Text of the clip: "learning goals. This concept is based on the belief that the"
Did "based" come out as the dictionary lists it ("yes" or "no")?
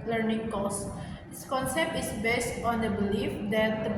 yes